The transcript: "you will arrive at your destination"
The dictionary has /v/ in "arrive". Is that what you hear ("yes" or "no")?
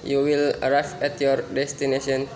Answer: no